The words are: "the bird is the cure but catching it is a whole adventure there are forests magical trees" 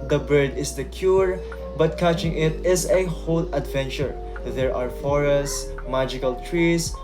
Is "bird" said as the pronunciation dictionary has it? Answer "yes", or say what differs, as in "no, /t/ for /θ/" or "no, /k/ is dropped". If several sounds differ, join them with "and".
yes